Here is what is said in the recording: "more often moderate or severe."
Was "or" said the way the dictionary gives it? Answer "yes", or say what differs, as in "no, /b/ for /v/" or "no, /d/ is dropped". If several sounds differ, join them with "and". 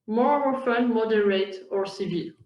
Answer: yes